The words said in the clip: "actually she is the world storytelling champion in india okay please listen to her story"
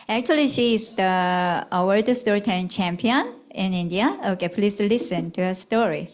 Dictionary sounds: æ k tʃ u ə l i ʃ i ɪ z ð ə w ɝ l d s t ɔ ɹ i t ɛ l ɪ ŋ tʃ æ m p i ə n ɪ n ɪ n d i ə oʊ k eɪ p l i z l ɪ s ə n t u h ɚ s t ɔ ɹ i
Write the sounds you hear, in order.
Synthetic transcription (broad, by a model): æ k tʃ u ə l i ʃ i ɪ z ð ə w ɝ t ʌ s t ɔ ɹ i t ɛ ɪ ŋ tʃ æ m p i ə n ɪ n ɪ n d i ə oʊ k eɪ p l i s l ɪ s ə n t u h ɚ s t ɔ ɹ i